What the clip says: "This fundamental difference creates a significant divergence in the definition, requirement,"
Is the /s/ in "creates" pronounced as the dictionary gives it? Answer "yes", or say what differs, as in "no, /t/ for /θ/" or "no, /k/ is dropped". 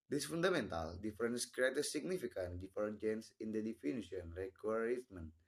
no, /s/ is dropped